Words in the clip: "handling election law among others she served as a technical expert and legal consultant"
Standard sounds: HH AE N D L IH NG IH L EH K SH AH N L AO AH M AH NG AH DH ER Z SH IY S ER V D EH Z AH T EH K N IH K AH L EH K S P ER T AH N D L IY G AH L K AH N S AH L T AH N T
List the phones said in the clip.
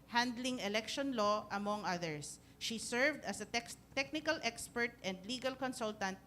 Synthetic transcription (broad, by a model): HH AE N D L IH NG IH L EH K SH AH N L AO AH M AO NG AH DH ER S SH IY S ER V D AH S AH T EH K N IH K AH L EH K S P ER T AH N D L IY G AH L K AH N S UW L T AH N T